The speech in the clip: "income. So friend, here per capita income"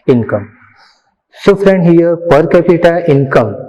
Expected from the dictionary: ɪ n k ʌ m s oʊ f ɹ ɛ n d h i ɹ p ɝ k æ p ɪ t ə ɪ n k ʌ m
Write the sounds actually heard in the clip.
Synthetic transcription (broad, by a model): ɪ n k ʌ m s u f ɹ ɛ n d h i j p ɝ k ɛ p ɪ t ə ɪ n k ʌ m